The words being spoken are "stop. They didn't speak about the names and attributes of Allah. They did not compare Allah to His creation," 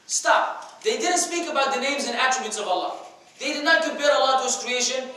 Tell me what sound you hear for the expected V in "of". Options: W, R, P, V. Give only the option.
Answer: V